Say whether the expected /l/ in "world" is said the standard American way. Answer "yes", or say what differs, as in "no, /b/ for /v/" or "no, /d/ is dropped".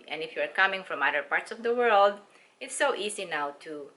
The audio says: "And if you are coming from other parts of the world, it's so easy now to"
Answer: yes